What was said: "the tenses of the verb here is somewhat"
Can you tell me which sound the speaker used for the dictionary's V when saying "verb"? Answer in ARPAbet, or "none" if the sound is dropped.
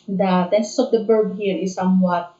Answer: B